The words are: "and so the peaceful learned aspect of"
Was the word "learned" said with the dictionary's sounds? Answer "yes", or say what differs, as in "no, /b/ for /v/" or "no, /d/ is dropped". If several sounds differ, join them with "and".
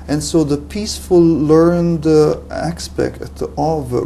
yes